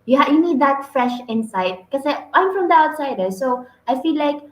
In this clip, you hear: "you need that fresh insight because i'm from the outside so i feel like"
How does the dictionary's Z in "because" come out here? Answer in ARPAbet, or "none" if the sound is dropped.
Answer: none